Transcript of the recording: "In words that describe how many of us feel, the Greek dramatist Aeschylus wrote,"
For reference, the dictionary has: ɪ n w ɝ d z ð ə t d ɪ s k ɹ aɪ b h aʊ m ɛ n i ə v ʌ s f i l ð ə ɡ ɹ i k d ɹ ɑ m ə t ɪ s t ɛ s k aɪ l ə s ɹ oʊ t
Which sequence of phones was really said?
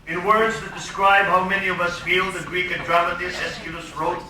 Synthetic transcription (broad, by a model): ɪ n w ɝ d z ð ə t d ɪ s k ɹ aɪ b h aʊ m ɛ n i ə v ʌ s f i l ð ə ɡ ɹ i k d ɹ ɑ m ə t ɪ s ɛ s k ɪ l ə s ɹ oʊ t